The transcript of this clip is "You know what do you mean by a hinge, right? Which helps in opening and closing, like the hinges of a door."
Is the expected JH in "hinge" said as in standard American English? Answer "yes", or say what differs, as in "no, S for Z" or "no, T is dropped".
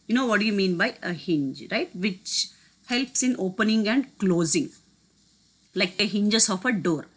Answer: yes